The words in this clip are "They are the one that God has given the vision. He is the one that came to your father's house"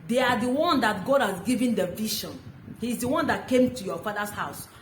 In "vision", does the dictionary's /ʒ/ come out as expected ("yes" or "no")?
no